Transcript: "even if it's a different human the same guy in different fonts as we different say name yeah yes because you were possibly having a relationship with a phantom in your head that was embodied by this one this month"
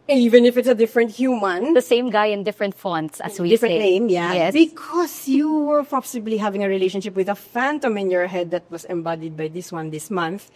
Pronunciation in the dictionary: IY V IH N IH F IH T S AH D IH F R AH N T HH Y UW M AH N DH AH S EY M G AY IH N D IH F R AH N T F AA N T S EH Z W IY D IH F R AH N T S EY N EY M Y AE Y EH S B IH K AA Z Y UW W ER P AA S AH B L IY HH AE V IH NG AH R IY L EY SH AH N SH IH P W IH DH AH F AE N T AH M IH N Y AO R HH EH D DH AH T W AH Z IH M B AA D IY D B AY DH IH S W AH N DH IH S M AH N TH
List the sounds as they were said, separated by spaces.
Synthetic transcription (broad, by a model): IY V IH N IH F IH T S AH D IH F R AH N T HH Y UW M AH N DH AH S EY M G AY IH N D IH F R AH N T F AA N T S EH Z W IY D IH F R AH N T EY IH M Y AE Y EH S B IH K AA S Y UW W ER P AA S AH B L IY HH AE V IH NG AH R IY L EY SH AH N SH IH P W IH DH AH F AE N T AH M IH N Y AO R HH EH D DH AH T W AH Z IH M B AA D IY D B AY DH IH S W AH N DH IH S M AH N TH